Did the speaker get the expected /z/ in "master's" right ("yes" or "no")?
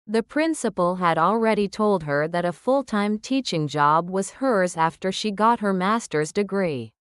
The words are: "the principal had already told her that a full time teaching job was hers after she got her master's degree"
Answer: yes